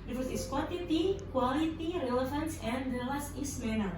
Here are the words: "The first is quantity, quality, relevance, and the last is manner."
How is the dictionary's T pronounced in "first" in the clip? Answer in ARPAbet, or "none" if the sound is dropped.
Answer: none